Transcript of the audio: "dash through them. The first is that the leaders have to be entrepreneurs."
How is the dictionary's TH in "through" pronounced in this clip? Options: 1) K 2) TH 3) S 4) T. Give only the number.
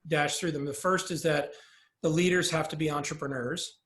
2